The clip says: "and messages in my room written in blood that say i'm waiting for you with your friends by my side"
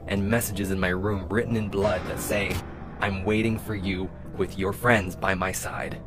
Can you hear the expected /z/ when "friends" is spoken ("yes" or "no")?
yes